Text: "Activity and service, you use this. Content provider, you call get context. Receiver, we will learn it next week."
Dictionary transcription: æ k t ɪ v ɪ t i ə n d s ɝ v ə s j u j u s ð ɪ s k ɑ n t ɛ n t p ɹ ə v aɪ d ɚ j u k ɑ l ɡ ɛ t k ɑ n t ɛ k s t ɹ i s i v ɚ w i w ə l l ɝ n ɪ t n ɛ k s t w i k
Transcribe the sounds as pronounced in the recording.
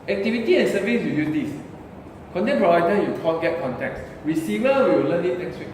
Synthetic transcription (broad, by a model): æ k t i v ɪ t i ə n s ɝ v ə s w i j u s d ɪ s k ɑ n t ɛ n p ə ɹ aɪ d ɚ j u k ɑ n ɡ ɛ t k ɑ n t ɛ k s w i s i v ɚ w i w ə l l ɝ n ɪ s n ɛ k s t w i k